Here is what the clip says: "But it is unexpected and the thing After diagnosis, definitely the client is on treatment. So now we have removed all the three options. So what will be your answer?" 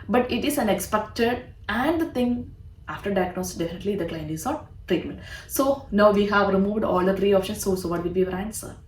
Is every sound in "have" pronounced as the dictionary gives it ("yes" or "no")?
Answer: yes